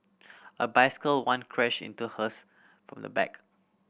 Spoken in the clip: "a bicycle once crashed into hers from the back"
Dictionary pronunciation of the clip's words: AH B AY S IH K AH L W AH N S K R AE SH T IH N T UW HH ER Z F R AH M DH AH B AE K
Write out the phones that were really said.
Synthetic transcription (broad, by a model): AH B AY S IH K AH L W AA N K R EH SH IH N T UW HH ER S F R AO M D AH B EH K